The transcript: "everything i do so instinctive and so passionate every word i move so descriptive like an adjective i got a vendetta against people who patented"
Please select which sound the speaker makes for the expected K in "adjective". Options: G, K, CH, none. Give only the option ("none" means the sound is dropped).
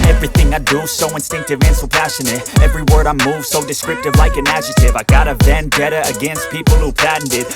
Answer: none